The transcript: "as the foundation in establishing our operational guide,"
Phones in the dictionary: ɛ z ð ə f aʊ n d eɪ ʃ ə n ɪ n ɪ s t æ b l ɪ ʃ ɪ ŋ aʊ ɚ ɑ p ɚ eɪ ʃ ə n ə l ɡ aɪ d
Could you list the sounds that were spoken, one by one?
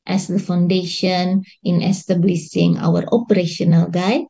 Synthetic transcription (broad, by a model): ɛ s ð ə f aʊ n d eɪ ʃ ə n ɪ n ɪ s t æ b l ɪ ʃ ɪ ŋ aʊ ɚ ɑ p ɚ eɪ ʃ ə n ə l ɡ aɪ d